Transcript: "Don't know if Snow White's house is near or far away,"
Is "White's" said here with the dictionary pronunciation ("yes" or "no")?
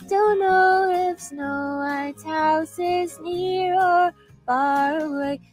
no